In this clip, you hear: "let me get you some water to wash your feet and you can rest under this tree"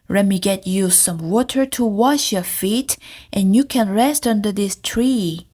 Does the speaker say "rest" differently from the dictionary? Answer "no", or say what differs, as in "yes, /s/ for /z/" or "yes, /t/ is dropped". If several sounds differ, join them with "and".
no